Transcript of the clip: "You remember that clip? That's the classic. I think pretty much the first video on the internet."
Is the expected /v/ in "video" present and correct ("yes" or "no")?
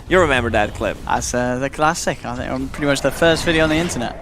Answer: yes